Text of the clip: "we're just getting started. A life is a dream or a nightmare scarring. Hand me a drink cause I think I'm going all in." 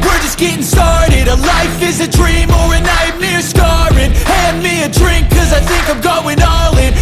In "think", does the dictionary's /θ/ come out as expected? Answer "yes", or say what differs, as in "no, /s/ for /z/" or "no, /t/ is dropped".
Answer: yes